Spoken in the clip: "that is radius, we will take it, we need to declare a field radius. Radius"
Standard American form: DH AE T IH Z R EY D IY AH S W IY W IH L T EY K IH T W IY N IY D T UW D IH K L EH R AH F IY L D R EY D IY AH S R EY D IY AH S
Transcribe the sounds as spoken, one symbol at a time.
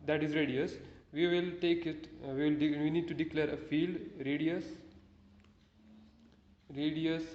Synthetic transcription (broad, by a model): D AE T IH Z R EY D IY AH S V IY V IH L T EY K IH T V IY N IY D T UW D IH K L EH R AH F IY L D R EY D IY AH S R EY D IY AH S